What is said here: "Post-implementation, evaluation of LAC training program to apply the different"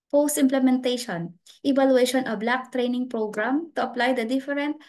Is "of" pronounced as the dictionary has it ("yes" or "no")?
no